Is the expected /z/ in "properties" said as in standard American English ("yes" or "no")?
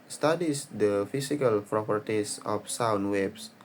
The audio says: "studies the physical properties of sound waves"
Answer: no